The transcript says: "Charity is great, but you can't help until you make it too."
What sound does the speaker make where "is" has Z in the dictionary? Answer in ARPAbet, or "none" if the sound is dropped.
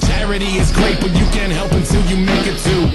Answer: Z